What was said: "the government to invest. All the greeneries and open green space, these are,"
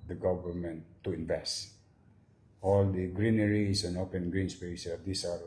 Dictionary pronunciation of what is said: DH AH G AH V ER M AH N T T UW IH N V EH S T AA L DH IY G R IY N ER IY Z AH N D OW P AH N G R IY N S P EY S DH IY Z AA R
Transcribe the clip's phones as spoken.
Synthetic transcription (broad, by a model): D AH G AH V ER M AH N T T UW IH N V EH S T AA L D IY G R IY N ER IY S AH N OW P AH N G R IY N S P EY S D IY S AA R